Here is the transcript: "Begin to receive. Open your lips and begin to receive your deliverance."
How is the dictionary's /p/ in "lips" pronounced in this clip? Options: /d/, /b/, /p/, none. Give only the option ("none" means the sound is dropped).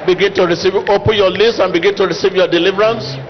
none